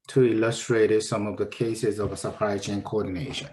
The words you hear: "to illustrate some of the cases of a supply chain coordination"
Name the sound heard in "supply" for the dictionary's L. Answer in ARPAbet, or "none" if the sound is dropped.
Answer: none